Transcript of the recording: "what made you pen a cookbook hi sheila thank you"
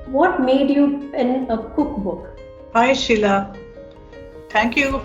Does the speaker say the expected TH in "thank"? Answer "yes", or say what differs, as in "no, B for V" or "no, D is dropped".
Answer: no, T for TH